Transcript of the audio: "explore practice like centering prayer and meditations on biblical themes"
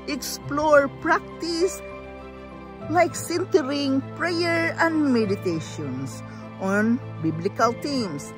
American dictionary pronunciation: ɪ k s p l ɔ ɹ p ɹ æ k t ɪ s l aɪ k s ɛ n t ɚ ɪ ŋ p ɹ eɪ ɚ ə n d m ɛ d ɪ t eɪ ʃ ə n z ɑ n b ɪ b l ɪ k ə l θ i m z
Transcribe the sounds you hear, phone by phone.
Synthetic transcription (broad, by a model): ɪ k s p l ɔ ɹ p ɹ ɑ k t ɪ s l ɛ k s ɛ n t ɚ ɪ ŋ p ɹ eɪ ɚ ə n d m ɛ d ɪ t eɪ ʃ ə n s ɑ n b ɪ b l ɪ k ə l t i m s